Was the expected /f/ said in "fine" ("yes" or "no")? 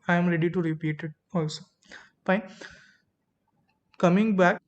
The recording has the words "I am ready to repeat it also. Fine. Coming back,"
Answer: no